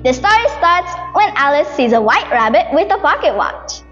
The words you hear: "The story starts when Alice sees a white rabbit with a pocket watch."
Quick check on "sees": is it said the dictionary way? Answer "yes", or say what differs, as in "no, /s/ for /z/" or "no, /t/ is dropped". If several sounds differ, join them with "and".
yes